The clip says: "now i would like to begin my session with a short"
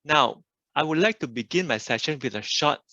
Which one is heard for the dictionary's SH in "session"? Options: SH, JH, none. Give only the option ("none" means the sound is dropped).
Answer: SH